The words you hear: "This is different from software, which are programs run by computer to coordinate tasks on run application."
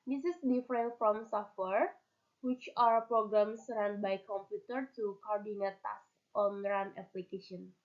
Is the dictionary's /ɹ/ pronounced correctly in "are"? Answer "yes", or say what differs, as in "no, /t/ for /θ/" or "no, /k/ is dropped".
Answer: no, /w/ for /ɹ/